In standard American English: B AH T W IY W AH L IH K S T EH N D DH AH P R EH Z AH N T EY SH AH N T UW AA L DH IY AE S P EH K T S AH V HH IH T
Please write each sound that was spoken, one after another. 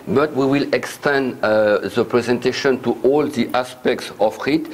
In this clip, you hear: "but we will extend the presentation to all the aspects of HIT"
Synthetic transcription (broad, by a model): B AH T W IY W AH L IH K S T EH N D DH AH P R EH Z AH N T EY SH AH N T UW AA L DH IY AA S P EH K T S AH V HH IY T